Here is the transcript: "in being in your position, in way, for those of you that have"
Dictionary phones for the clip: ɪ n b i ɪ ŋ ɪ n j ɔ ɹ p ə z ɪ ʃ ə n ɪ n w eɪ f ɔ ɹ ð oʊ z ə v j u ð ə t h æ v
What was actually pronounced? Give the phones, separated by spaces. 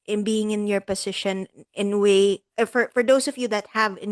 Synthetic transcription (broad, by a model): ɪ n b i ɪ ŋ ɪ n j ɔ ɹ p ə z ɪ ʃ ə n ɪ n w eɪ f ɔ ɹ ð oʊ s ə v j u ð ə t h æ v